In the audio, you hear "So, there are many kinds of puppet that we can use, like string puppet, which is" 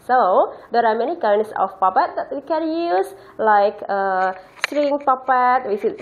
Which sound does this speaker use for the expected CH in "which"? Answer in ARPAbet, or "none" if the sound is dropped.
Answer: S